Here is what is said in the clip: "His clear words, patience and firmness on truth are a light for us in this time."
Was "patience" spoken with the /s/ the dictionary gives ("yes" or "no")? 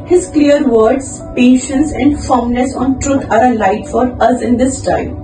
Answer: yes